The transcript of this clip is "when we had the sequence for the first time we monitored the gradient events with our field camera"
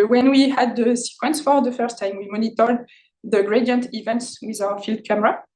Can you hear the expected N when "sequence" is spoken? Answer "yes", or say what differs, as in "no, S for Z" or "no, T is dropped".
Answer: yes